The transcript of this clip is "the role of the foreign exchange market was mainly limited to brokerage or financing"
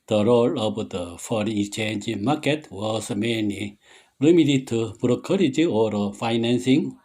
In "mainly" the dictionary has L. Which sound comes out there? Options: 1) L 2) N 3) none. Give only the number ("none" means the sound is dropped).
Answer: 3